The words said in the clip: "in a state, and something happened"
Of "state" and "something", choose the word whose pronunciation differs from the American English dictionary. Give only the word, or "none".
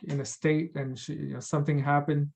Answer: none